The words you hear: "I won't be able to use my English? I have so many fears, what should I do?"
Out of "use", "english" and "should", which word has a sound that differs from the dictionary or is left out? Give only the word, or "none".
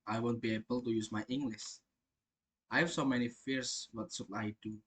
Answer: should